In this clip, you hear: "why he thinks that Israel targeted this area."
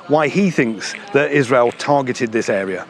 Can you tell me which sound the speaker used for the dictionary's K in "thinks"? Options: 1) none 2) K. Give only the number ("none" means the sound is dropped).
2